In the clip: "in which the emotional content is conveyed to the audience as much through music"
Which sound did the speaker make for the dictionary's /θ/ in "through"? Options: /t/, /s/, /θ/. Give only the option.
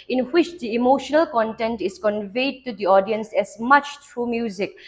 /t/